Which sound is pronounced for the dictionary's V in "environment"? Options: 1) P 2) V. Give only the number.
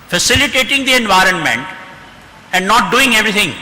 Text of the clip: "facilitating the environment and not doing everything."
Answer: 2